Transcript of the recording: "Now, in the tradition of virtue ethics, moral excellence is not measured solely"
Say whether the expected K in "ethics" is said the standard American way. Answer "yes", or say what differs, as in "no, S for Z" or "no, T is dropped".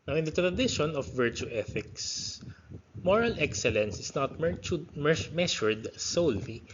yes